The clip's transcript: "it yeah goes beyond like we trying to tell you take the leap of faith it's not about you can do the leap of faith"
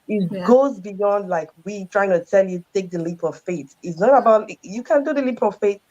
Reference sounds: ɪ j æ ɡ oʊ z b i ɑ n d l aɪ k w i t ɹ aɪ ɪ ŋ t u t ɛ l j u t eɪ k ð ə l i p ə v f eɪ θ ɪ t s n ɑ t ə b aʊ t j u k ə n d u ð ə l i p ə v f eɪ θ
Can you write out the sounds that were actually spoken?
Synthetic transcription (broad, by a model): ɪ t ɡ oʊ z b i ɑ n d l aɪ k w i t ɹ aɪ ɪ ŋ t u t ɛ l j u t eɪ k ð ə l i p ə v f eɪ t ɪ t s n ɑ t ə b aʊ t j u k ə n d u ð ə l i p ə v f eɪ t